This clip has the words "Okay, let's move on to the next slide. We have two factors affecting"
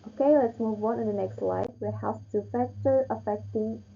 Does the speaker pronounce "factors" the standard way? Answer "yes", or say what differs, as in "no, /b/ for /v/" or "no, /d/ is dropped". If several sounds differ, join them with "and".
no, /z/ is dropped